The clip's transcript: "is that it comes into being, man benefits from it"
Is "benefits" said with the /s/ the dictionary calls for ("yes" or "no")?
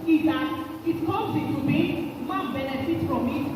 no